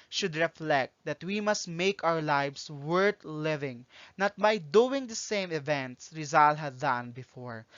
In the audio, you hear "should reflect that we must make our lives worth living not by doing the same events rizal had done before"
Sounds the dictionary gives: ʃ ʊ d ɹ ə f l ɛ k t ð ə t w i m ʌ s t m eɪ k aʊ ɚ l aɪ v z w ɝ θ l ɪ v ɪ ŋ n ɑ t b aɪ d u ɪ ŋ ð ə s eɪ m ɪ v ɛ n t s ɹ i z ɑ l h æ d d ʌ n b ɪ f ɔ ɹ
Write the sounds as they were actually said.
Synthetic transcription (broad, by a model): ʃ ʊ d ɹ ə f l ɛ k t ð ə t w i m ʌ s t m eɪ k aʊ ɚ l aɪ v s w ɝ t l ɪ v ɪ ŋ n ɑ t b aɪ d u ɪ ŋ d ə s eɪ m ɪ v ɛ n t s ɹ i z ɑ l h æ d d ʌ n b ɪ f ɔ ɹ